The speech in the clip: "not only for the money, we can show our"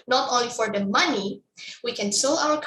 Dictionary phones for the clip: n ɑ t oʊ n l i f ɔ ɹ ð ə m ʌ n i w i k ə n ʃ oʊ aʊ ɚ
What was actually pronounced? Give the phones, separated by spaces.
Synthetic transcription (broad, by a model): n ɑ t oʊ n l i f ɔ ɹ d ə m ʌ n i w i k ə n s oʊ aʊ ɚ